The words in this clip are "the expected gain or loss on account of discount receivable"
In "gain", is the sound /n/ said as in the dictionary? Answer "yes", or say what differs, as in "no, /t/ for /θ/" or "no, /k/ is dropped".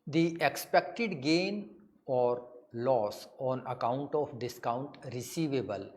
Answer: yes